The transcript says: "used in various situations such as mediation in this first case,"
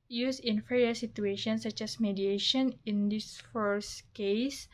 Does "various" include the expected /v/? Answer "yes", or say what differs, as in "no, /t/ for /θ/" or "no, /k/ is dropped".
no, /f/ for /v/